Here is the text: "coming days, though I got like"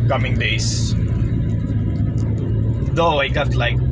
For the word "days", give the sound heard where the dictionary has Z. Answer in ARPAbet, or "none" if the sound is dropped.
S